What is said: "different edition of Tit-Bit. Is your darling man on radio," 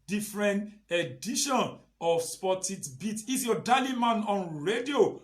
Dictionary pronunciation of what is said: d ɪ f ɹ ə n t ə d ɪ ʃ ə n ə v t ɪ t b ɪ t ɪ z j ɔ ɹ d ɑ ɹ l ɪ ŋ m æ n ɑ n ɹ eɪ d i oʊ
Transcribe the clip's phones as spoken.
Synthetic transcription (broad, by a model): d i f ɹ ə n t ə d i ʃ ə n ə p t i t b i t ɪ s j ɔ d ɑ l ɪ m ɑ n ɑ n ɹ eɪ d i oʊ